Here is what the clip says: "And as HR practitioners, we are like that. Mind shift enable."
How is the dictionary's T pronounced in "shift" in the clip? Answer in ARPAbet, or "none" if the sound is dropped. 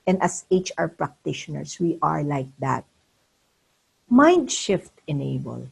T